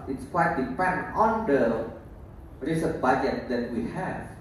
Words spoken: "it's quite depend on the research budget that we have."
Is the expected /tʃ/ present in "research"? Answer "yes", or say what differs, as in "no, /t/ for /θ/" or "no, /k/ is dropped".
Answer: no, /s/ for /tʃ/